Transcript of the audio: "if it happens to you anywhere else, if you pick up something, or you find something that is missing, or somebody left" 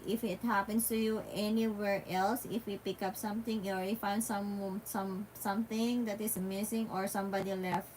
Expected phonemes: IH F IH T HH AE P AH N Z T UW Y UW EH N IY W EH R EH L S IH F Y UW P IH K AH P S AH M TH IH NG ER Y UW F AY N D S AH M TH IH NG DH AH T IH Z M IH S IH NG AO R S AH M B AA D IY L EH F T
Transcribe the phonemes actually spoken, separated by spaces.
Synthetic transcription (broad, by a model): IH F IH T HH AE P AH N S T UW Y UW EH N IY W EH R EH L S IH F Y UW P IH K AH P S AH M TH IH NG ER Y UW F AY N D S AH M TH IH NG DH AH T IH S M IH S IH NG AO R S AH M B AA D IY L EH F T